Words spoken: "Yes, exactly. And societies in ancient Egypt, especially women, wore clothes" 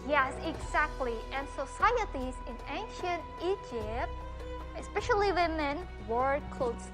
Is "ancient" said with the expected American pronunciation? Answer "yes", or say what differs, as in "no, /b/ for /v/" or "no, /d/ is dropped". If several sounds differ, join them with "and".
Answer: yes